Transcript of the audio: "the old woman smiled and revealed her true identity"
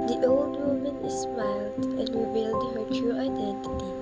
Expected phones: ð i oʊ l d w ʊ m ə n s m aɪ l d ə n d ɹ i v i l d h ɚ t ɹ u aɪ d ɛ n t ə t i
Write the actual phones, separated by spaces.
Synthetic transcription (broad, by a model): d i oʊ l d w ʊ m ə n s m aɪ l d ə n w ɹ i b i l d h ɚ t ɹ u aɪ d ɛ n t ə t i